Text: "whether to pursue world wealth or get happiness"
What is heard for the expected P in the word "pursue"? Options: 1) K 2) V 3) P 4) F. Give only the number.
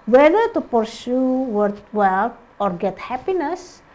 3